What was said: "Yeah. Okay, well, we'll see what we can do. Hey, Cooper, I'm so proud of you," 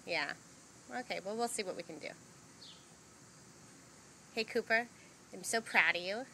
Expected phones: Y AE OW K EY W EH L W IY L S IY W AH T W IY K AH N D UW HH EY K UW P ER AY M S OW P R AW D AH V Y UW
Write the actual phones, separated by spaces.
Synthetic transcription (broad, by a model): Y AE OW K EY W EH L W IY L S IY W AH T W IY K AH N D UW HH EY K UW P ER AY M S OW P R AW D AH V Y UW